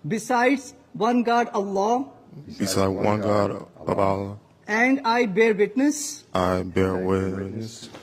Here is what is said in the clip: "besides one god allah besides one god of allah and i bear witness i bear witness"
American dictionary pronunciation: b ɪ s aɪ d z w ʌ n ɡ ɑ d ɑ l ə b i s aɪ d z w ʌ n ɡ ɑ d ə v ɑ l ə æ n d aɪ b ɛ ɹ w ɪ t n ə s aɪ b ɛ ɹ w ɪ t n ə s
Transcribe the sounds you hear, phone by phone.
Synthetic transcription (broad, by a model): b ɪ s aɪ d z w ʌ n ɡ ɑ d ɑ l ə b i s aɪ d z w ʌ n ɡ ɑ d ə b ɑ l ə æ n d aɪ b ɛ ɹ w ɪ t n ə s aɪ b ɛ ɹ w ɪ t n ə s